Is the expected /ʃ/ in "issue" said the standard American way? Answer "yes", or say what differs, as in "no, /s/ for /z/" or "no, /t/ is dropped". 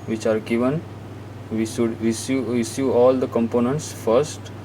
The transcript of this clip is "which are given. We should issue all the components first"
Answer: no, /s/ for /ʃ/